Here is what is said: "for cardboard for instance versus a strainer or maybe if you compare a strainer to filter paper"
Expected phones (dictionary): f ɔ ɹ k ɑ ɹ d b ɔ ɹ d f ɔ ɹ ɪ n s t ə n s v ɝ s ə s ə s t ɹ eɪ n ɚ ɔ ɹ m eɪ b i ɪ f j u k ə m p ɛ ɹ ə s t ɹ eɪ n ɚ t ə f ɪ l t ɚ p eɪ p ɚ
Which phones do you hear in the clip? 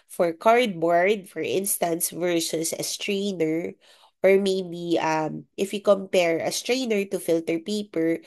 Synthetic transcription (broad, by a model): f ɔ ɹ k ɑ ɹ d b ɔ ɹ d f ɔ ɹ ɪ n s t ə n s v ɝ s ə s ə s t ɹ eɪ n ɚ ɔ ɹ m eɪ b i ɪ f j u k ə m p ɛ ɹ ə s t ɹ eɪ n ɚ t ə f ɪ l t ɚ p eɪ p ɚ